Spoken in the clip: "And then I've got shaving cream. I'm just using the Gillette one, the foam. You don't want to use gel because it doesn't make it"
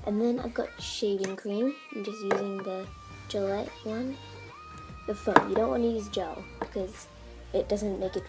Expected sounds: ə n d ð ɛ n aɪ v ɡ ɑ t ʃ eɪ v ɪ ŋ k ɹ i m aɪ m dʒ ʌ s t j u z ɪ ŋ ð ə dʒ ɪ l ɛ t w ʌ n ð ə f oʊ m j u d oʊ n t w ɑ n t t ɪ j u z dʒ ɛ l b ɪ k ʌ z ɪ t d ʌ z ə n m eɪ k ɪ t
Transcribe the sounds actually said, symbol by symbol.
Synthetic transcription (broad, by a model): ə n ð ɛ n aɪ v ɡ ɑ t ʃ eɪ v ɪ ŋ k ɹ i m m dʒ ʌ s t j u z ɪ ŋ ð ə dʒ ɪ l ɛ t w ʌ n ð ə f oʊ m j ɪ d oʊ n t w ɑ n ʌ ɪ j u z dʒ ɛ l b ɪ k ʌ z ɪ t d ʌ z ə n m eɪ k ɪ t